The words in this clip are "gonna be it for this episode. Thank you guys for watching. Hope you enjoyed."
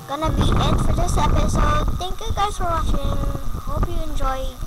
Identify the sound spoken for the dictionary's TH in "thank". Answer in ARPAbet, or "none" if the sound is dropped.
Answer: T